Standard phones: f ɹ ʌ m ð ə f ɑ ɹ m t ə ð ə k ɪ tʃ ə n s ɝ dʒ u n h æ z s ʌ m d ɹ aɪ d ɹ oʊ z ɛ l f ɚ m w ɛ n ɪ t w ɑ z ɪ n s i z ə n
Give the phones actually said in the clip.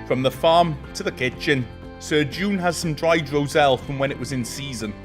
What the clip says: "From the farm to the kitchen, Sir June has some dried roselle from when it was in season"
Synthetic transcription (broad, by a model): f ɹ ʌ m ð ə f ɑ m t ə ð ə k ɪ tʃ ə n s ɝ dʒ u n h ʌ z s ʌ m d ɹ aɪ d ɹ oʊ z ɛ l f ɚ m w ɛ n ɪ t w ɑ z ɪ n s i z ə n